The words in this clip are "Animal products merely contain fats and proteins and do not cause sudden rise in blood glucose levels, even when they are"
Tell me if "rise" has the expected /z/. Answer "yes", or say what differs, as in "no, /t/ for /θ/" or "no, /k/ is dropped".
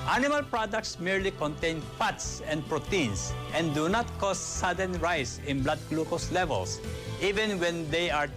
no, /s/ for /z/